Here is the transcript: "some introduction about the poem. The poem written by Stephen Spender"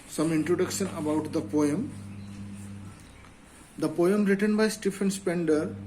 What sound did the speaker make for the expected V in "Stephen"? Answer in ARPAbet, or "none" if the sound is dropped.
F